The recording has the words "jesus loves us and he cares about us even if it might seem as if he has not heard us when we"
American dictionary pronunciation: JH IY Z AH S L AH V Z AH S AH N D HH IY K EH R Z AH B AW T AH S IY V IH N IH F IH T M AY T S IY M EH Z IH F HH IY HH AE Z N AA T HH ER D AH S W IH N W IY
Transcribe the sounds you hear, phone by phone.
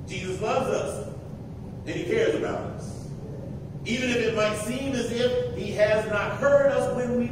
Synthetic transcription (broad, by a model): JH IY Z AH S L AH V Z AH S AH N IY K EH R Z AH B AW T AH S IY V IH N IH F IH T M AY T S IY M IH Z IH F HH IY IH Z N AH T HH ER D AH S W IH N W IY